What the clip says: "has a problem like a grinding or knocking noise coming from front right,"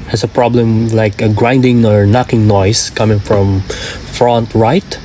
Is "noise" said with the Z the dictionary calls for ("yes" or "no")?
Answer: no